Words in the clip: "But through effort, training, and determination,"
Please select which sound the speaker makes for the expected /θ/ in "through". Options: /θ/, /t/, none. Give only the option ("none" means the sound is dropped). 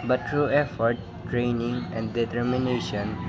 /t/